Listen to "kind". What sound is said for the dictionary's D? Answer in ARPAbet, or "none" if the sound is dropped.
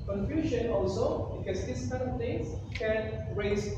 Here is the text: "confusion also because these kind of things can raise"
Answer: none